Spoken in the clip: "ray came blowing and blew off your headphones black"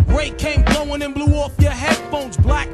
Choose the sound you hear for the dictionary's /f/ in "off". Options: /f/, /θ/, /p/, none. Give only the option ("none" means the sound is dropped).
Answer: /f/